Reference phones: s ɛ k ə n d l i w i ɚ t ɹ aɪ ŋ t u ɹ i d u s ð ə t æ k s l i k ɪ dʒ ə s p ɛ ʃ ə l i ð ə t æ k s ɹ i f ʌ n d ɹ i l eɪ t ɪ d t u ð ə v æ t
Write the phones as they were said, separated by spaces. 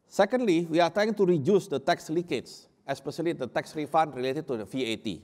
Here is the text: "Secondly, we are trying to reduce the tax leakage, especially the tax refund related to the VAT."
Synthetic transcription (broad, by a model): s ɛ k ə n d l i w i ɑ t aɪ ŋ t u ɹ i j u s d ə t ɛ k s l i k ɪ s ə s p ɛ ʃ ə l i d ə t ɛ k s ɹ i f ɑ n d ɹ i l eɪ t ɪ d t u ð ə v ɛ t